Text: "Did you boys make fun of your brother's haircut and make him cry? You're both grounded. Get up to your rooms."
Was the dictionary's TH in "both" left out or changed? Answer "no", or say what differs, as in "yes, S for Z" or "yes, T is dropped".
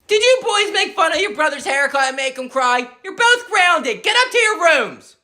no